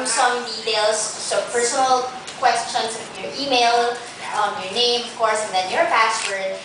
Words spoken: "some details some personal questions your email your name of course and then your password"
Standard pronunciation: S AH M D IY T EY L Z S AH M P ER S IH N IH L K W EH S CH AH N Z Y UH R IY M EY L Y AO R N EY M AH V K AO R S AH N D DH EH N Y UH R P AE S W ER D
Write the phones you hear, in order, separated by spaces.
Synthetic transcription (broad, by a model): S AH M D IY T EY L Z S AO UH P ER S IH N IH L K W EH S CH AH N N Y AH R IY M EY L Y AO R N EY M AH V K AO R S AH N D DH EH N Y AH R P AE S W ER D